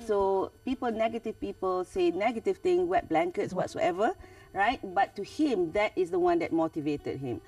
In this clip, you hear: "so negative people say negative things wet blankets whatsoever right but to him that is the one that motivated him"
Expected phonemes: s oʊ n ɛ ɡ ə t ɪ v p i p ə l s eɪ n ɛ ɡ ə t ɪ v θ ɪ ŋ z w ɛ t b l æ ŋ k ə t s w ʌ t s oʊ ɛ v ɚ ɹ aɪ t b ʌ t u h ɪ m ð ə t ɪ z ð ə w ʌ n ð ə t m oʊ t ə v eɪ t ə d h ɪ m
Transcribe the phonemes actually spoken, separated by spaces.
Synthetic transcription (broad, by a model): s oʊ n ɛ ɡ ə t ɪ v p i p ə l s eɪ n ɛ ɡ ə t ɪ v t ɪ ŋ w ɛ t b l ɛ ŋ k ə t s w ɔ t s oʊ ɛ v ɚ ɹ aɪ t b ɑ t u h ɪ m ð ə t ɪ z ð ə w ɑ n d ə t m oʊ t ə v eɪ t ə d h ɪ m